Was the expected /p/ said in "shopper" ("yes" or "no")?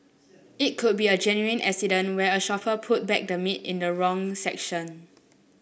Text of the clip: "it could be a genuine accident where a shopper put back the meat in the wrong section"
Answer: no